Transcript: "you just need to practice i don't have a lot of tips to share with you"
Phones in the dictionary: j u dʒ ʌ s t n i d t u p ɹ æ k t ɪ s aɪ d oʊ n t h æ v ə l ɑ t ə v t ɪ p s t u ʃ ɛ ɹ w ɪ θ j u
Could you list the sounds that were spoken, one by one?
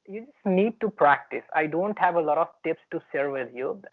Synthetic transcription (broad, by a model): j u dʒ ʌ s t n i d t u p ɹ æ k t ɪ s aɪ d oʊ n t h æ v ə l ɑ t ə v t ɪ p s t u s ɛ ɹ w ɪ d j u